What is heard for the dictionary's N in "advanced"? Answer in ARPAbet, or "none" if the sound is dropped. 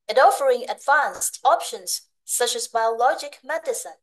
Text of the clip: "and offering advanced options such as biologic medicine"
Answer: N